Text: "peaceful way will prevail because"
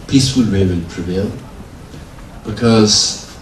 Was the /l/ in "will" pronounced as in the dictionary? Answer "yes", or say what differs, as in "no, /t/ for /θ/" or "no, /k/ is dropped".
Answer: no, /n/ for /l/